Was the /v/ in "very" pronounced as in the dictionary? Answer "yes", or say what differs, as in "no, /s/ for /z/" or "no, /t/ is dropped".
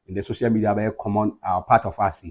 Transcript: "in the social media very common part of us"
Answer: no, /b/ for /v/